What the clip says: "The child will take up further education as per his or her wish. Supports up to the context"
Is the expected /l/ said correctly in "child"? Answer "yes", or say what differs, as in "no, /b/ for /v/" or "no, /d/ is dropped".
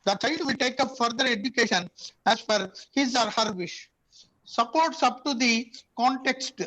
no, /l/ is dropped